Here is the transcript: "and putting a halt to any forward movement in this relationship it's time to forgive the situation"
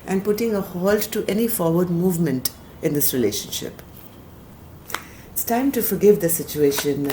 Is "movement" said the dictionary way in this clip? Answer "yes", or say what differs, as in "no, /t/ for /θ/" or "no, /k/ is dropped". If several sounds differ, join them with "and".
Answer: yes